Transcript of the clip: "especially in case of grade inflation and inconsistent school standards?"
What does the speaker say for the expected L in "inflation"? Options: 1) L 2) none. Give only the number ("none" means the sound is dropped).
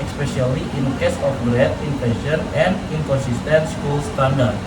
2